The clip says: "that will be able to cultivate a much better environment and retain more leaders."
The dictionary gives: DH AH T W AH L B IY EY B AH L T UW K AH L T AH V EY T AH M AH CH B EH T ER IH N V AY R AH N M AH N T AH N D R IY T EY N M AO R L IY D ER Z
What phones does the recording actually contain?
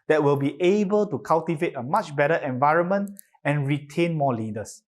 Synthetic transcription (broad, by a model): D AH T W AH L B IY EY B AH L T UW K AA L T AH V EY T AH M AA CH B EH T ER IH N V AY R AH N M AH N T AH N R IY T EY N M AO L IY D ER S